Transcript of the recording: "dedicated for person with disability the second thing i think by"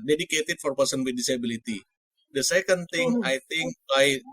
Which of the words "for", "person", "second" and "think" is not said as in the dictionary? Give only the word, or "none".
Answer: think